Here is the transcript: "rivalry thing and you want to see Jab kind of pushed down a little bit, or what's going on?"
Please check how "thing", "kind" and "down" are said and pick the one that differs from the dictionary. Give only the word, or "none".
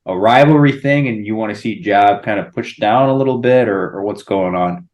none